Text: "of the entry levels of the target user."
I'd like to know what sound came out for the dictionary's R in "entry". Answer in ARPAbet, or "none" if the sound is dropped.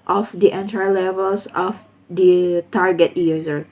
none